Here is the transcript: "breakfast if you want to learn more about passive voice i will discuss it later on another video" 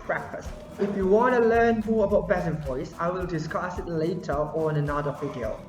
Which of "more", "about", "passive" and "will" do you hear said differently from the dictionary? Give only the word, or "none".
passive